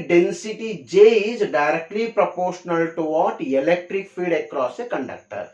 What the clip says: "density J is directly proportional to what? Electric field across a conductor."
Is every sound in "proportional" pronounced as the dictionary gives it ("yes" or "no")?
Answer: yes